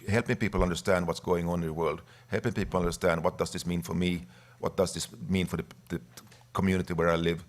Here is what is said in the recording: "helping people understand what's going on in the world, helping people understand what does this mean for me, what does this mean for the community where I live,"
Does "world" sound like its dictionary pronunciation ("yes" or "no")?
yes